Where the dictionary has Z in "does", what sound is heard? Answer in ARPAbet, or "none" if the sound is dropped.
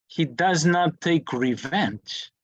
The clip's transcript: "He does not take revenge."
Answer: Z